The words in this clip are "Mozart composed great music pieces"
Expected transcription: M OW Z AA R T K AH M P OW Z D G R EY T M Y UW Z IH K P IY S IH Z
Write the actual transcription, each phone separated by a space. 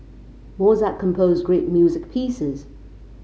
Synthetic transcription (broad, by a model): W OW Z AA T K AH M P OW Z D G R EY T M Y UW Z IH K P IY S IH Z